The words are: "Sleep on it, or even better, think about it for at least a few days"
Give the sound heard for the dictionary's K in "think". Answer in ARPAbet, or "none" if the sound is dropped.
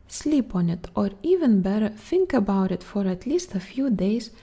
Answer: K